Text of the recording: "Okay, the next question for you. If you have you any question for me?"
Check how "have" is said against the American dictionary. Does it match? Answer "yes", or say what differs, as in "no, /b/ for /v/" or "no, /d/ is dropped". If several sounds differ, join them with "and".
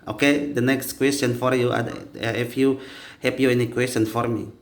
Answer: no, /p/ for /v/